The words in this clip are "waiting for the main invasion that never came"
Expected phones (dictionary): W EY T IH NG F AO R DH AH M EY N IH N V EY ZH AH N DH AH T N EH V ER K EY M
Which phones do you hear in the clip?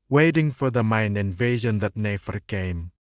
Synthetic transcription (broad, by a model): W EY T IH NG F AO R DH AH M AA N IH N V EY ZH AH N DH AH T N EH F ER K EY M